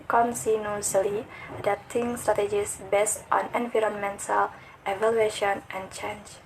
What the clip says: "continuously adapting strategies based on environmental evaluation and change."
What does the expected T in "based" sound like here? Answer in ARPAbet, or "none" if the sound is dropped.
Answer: T